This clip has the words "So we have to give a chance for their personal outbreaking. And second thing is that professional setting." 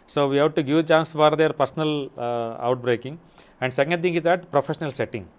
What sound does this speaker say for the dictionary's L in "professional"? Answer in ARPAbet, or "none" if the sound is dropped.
L